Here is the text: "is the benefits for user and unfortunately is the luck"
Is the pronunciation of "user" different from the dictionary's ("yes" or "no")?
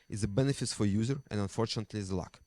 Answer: no